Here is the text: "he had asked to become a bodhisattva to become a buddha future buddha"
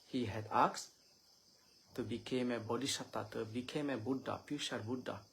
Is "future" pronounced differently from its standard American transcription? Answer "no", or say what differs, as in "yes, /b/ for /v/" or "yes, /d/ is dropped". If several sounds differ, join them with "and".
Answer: yes, /ʃ/ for /tʃ/